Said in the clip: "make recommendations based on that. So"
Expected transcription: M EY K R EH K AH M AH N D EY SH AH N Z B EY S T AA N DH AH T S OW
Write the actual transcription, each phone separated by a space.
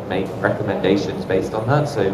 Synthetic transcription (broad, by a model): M EY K R EH K AH M AH N D EY SH AH N Z B EY S T N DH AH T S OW